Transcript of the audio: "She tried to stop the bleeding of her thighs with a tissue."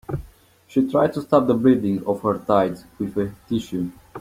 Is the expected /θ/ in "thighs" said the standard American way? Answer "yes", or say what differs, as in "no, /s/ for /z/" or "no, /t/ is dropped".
no, /t/ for /θ/